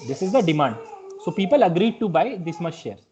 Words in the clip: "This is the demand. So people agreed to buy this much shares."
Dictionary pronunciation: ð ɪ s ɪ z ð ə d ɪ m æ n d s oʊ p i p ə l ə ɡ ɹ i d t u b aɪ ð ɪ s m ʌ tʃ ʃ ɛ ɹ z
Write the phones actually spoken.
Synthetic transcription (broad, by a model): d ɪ s ɪ z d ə d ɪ m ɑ n d s oʊ p i p ə l ə ɡ ɹ i d t u b aɪ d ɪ s m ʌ s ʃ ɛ ɹ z